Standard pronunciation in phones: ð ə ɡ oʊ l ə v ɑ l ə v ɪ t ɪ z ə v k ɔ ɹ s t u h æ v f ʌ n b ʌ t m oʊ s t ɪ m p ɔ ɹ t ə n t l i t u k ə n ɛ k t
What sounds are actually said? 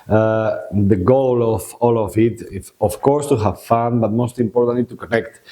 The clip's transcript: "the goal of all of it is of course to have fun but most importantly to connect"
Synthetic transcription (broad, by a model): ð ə ɡ oʊ l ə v ɑ l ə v ɪ t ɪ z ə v k ɔ ɹ s t u h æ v f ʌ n b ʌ t m oʊ s t ɪ m p ɔ ɹ t ə n t l i t u k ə n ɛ k t